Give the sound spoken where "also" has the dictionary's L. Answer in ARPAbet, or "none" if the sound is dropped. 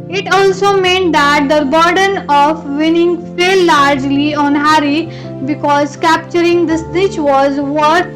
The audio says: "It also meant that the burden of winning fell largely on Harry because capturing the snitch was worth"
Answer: L